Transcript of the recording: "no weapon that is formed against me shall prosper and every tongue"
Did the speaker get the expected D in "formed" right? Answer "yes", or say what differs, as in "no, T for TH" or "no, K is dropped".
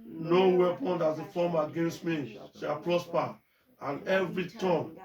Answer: no, D is dropped